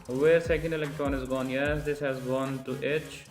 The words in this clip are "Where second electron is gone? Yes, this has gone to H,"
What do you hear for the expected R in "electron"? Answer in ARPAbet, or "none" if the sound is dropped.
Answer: R